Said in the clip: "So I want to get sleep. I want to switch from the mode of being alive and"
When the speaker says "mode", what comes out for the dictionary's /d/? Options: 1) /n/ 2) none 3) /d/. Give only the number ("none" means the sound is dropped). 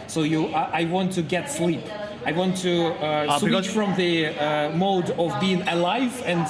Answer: 3